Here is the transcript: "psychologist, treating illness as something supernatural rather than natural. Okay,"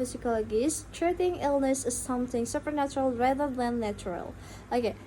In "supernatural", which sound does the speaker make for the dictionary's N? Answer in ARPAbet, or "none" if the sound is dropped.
N